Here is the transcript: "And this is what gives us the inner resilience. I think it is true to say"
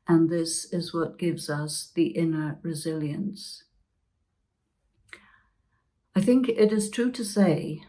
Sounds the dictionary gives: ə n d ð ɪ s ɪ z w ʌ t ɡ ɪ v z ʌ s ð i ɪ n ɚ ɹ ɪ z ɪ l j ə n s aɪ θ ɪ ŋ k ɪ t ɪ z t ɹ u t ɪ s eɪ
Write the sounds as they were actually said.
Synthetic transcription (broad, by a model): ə n ð ɪ s ɪ z w ʌ t ɡ ɪ v z ʌ s ð i ɪ n ɚ ɹ ɪ z ɪ l j ə n s aɪ θ ɪ ŋ k ɪ t ɪ z t ɹ u t ɪ s eɪ